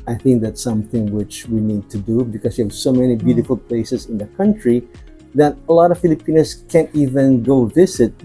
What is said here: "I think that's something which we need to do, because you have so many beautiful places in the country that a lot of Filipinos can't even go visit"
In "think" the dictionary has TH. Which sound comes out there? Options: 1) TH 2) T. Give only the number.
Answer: 1